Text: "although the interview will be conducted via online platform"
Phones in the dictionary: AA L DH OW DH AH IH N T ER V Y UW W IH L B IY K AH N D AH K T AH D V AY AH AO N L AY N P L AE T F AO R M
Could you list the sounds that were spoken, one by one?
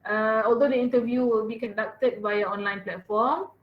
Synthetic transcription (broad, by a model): AA L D OW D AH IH N T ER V Y UW W IH L B IY K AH N D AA K T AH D B AY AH AO N L AY N P L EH T F AO M